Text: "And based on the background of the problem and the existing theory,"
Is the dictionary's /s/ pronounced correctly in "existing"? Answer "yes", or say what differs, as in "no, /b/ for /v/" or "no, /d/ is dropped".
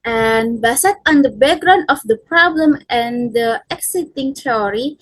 no, /s/ is dropped